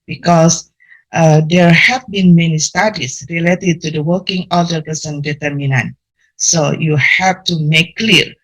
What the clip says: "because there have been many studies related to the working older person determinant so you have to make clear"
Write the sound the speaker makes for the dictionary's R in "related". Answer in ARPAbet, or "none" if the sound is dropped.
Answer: R